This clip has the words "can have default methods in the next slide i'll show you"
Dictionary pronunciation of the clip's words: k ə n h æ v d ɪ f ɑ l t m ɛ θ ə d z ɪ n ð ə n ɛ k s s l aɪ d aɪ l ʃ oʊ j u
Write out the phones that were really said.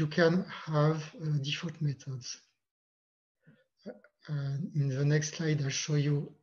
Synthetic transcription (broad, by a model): k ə n h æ v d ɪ f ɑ t m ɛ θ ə d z ɪ n ð ə n ɛ k s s l aɪ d aɪ l ʃ oʊ j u